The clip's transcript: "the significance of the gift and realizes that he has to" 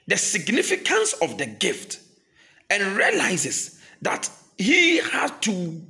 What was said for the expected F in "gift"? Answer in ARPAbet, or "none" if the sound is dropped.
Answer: F